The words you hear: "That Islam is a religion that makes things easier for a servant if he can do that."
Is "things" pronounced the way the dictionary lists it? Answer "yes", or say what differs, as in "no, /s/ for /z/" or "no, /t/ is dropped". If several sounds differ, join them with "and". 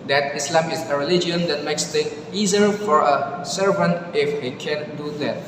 no, /t/ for /θ/ and /z/ is dropped